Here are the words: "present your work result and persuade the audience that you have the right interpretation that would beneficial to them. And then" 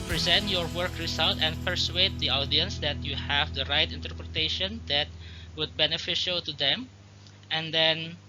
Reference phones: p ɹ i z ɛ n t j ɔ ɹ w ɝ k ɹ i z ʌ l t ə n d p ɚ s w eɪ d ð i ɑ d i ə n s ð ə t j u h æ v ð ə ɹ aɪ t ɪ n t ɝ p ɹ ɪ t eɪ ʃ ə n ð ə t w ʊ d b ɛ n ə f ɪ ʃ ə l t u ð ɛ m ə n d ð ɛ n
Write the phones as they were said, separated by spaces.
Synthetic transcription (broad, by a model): p ɹ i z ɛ n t j ɔ ɹ w ɝ k ɹ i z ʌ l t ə n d p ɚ s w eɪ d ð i ɑ d i ə n s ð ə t j u h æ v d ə ɹ aɪ t ɪ n t ɝ p ɹ ɪ t eɪ ʃ ə n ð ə t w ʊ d b ɛ n ə f ɪ ʃ ə l t u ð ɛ m ə n d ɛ n